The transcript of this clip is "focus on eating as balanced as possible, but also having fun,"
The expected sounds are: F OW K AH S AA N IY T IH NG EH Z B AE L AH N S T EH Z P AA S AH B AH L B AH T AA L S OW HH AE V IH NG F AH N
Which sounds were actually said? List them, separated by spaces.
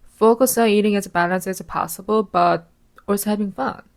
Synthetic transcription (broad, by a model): F OW K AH S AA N IY T IH NG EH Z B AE L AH N S EH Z P AA S AH B AH L B AH T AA S HH AE V IH NG F AH N